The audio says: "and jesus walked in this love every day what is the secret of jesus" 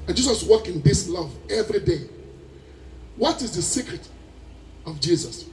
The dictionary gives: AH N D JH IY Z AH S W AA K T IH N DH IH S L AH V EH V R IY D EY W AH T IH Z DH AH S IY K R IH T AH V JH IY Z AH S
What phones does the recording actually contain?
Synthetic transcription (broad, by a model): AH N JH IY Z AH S W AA K IH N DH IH S L AH V EH V R IY D EY W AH T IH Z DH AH S IY K R IH T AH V JH IY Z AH S